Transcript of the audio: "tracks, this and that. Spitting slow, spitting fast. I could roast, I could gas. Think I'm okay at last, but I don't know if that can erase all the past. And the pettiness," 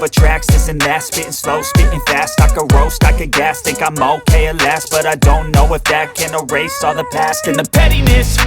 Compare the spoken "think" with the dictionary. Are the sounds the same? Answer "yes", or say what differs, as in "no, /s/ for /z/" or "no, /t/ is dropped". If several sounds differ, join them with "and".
no, /t/ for /θ/ and /ŋ/ is dropped